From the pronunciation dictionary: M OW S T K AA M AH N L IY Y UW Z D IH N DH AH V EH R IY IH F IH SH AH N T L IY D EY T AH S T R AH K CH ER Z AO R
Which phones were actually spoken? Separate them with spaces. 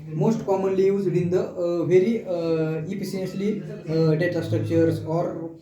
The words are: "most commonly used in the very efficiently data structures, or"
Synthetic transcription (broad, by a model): M OW S T K AA M AH N L IY Y UW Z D IH N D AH V EH R IY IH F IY S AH N S L IY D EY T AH S T R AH K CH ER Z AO R